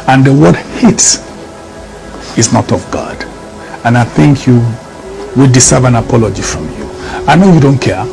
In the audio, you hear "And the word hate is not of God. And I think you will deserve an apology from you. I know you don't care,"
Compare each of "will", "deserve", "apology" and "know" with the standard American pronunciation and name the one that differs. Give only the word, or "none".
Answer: deserve